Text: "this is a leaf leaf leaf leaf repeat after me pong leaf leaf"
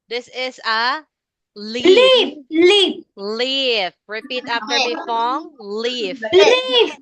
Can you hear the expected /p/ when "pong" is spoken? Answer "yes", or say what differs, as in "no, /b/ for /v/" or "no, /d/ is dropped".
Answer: no, /f/ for /p/